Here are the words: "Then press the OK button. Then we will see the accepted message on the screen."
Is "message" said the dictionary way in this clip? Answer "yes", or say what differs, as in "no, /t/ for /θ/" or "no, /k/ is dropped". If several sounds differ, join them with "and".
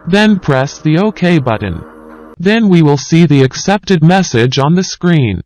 yes